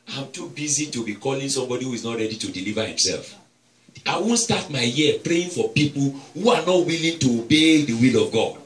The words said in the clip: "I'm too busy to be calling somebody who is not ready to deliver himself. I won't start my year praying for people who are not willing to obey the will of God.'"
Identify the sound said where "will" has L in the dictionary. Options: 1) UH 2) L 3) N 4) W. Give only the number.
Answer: 2